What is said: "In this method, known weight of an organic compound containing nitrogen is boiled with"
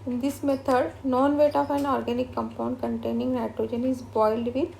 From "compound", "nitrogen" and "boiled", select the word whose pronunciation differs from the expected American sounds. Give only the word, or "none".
none